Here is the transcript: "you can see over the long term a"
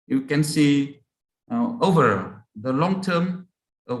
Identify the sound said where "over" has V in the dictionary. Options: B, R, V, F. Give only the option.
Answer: V